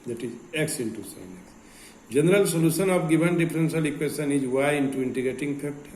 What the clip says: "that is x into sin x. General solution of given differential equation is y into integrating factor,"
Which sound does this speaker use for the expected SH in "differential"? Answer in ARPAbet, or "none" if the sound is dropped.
S